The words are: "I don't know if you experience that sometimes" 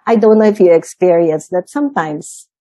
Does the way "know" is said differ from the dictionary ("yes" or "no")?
yes